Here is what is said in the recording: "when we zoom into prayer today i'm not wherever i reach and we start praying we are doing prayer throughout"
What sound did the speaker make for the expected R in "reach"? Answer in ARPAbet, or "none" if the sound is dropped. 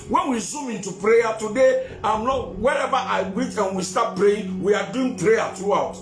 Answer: W